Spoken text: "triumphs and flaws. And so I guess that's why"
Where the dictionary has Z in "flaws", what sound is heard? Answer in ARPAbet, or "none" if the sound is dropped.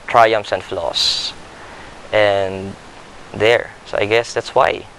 S